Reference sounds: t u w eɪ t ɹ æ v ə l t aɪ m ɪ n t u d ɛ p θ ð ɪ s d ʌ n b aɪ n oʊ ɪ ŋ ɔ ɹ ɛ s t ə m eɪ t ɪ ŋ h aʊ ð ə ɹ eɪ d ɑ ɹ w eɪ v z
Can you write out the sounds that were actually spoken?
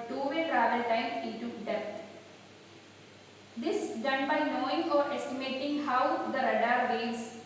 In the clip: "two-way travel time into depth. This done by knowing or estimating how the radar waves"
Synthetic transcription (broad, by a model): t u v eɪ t ɹ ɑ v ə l t aɪ m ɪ t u d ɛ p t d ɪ s d ʌ n b aɪ n oʊ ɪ ŋ ɔ ɹ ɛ s t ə m eɪ t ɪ ŋ h aʊ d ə ɹ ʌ d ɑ ɹ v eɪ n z